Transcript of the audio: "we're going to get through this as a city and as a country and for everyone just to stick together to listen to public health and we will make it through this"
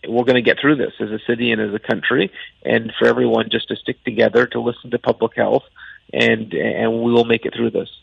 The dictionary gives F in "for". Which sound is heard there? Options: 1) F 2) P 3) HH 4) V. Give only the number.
1